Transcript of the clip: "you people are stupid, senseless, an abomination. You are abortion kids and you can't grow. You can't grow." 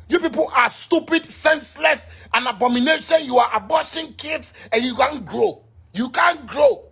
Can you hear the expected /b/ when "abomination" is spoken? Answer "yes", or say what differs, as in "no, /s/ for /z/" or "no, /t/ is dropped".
yes